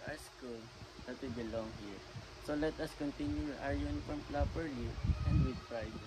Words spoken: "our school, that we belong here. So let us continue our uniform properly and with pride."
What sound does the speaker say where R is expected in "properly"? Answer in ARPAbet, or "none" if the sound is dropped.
L